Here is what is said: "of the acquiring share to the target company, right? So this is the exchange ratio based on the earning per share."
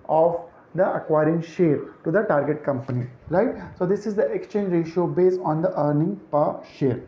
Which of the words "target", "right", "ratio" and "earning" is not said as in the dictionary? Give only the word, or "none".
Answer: none